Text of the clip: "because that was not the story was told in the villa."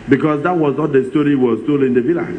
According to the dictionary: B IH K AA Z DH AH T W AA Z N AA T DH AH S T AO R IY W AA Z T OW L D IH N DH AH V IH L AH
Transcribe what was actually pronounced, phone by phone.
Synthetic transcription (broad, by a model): B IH K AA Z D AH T W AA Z N AA T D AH S T AO R IY W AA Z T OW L IH N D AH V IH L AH